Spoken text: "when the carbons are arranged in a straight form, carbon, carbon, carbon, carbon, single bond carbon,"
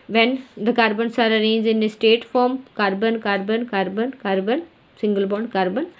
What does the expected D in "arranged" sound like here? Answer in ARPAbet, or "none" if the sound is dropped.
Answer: none